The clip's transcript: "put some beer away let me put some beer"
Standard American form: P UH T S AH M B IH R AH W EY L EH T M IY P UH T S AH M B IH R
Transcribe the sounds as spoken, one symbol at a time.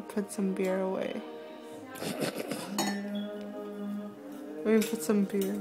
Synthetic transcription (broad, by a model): P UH T S AH M B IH R AH W EY W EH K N P UH T S AH M B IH R